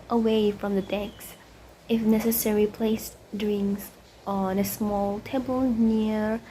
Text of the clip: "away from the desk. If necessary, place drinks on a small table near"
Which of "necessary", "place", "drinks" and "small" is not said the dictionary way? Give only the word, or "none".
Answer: drinks